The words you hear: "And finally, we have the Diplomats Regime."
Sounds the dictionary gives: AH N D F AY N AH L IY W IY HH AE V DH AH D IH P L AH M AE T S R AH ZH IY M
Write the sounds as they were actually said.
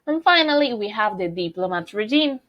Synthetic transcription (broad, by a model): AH N F AY N AH L IY W IY HH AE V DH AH D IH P L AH M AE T R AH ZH IY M